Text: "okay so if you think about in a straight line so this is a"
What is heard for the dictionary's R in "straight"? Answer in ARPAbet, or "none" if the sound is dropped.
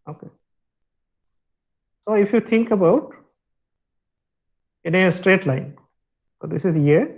R